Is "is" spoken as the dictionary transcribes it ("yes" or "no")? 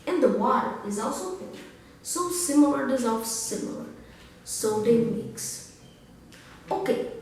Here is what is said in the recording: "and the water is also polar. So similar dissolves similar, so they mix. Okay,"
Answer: yes